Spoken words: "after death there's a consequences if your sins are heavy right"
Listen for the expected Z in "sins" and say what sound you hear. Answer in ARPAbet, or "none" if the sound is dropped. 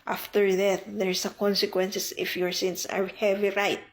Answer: S